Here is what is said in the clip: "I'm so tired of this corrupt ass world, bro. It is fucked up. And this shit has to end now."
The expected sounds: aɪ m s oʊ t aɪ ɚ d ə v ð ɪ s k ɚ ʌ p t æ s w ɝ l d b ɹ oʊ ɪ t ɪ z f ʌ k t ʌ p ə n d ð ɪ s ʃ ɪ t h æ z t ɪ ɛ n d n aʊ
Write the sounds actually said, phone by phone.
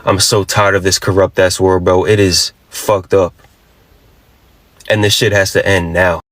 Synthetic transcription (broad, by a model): aɪ m s oʊ t aɪ ɚ d ə v ð ɪ s k ɚ ʌ p t æ s w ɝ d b oʊ ɪ t ɪ z f ʌ k t ʌ p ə n ð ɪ ʃ ɪ t h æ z t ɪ ɛ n n aʊ